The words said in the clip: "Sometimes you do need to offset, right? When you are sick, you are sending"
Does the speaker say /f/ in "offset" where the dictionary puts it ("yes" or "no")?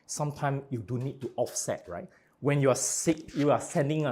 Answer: yes